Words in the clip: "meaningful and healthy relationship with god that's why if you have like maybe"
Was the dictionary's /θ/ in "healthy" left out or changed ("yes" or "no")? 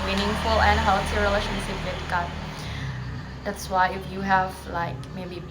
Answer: yes